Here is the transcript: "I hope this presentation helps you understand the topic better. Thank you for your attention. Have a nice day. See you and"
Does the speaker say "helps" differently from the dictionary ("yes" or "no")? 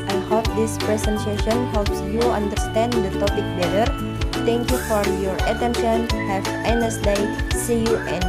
no